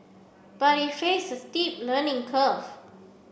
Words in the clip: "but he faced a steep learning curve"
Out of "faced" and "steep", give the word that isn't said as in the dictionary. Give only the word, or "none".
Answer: faced